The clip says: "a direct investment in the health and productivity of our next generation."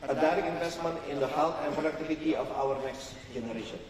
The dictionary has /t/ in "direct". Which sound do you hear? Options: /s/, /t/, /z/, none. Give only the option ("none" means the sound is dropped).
none